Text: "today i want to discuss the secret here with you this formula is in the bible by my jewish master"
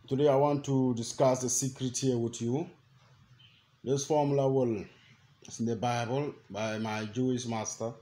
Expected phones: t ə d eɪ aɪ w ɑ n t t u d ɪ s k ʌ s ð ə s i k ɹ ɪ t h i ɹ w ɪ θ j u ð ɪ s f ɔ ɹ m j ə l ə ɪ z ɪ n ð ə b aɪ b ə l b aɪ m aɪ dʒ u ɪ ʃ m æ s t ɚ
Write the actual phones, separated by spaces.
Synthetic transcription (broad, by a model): t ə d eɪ aɪ w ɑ n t t u d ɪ s k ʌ s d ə s i k ɹ ɪ t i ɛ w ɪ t j u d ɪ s f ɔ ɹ m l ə w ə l s ɪ n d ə b aɪ b ə l b aɪ m aɪ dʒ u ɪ s m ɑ s t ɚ